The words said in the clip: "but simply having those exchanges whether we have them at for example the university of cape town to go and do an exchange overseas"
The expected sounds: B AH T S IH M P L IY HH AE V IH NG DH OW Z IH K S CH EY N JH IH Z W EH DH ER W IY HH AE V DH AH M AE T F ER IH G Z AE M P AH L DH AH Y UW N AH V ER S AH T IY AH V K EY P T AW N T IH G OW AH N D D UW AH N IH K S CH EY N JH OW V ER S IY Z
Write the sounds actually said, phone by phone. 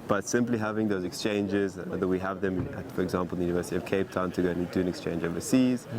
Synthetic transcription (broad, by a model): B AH T S IH M P L IY HH AE V IH NG DH OW Z IH K S CH EY N JH IH Z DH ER W IY HH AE V DH AH M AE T F ER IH G Z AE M P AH L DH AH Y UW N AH V ER S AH T IY AH V K EY P T AW N T IH G OW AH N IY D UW AH N IH K S CH EY N JH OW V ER S IY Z